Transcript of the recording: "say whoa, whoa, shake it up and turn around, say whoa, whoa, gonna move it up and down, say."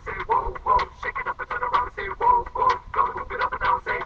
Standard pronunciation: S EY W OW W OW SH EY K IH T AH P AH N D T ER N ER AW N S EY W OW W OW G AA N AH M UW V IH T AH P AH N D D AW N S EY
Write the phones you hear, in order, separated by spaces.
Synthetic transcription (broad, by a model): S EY W OW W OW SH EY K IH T AH P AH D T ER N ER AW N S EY W OW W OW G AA AH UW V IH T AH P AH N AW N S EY